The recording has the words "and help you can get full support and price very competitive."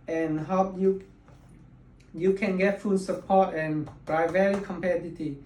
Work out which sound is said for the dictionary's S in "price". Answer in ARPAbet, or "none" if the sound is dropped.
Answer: none